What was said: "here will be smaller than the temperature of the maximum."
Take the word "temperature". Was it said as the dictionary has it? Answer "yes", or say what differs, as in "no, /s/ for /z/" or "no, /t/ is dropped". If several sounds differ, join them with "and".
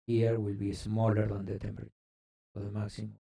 no, /ɹ/ is dropped